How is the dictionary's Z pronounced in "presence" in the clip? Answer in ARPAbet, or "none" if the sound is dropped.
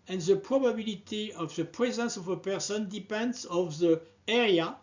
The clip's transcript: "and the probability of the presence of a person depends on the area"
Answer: Z